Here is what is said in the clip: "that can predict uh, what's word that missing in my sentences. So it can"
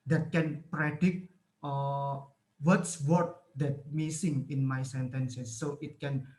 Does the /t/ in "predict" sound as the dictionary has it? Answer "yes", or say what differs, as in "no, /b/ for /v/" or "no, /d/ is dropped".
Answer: no, /t/ is dropped